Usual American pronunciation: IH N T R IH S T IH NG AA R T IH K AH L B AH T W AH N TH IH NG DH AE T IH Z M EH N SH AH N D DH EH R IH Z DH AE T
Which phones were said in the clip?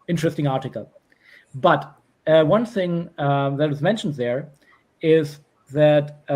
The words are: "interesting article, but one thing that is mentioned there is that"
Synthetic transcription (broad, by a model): IH N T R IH S T IH NG AA R T IH K AH L B AH T W AH N TH IH NG DH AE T IH Z M EH N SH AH N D DH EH R IH Z DH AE T